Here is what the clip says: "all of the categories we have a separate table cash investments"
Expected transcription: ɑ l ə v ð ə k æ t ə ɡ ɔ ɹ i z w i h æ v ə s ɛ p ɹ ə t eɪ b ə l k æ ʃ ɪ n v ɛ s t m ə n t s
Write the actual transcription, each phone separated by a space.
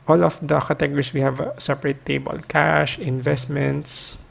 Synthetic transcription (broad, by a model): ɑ l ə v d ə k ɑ t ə ɡ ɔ ɹ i s w i h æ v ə s ɛ p ɹ ə t eɪ b ə l k æ ʃ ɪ n v ɛ s t m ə n t s